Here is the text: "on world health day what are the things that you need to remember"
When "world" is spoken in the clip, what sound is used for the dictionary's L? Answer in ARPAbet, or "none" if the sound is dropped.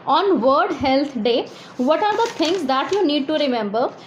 none